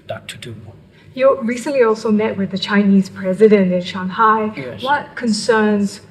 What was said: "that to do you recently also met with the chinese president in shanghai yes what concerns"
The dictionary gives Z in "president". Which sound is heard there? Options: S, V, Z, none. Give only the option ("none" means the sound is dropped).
Z